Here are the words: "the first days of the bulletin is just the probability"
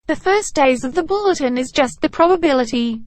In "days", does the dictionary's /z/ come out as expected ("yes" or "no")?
yes